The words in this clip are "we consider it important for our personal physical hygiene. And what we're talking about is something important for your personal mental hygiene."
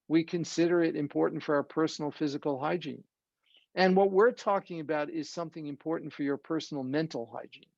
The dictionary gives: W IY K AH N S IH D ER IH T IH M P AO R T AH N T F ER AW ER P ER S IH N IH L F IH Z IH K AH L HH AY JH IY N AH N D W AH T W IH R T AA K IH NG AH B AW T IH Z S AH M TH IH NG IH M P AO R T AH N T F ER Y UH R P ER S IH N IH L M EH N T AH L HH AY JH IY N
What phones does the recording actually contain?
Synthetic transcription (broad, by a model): W IY K AH N S IH D ER IH T IH M P AO R T N T F ER AW ER P ER S N L F IH Z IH K L HH AY JH IY N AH N W AH T W IH R T AA K IH NG AH B AW T IH Z S AH M TH IH NG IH M P AO R T N T F ER Y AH R P ER S N L M EH N T L HH AY JH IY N